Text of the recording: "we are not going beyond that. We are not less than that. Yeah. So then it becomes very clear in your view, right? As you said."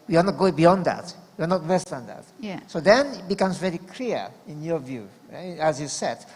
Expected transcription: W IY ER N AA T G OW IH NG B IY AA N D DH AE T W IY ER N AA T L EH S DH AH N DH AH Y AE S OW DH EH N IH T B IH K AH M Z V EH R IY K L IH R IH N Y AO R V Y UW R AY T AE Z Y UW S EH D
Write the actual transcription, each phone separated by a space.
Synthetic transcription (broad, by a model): W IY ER N AA T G OW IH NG B IY AA N D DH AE T W IY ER N AA T W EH S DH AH N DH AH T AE S OW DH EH N IH T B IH K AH M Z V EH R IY K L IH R IH N Y AO R V Y UW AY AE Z Y UW S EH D